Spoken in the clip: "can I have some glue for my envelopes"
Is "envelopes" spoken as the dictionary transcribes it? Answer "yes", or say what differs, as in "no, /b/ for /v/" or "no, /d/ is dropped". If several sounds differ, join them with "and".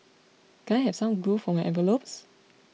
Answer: no, /n/ is dropped